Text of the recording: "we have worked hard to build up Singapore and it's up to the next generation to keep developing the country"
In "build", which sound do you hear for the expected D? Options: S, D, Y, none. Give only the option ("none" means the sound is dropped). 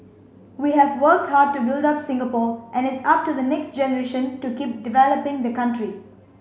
D